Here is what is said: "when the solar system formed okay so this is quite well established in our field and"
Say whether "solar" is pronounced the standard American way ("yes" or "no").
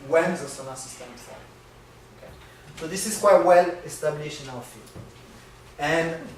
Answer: no